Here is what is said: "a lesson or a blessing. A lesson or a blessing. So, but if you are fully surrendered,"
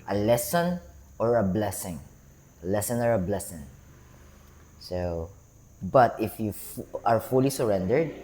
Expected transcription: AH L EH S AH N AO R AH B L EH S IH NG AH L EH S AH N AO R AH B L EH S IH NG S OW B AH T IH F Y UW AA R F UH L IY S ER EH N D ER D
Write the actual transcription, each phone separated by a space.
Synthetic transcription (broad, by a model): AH L EH S AH N AO R AH B L EH S IH NG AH L EH S AH N AO R AH B L EH S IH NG S OW B AH T IH F Y UW AA R F UH L IY S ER EH N D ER D